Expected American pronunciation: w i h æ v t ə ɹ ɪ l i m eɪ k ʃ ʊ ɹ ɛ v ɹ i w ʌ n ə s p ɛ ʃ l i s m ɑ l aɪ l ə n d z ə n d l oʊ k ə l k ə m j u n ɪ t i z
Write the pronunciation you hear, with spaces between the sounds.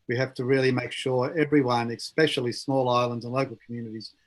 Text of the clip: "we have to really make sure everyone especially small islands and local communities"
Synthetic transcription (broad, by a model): w i h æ f t ə ɹ ɪ l i m eɪ k ʃ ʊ ɹ ɛ v ɹ i w ʌ n ə s p ɛ ʃ l i s m ɑ l aɪ l ə n d z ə n l oʊ k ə l k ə m j u n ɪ t i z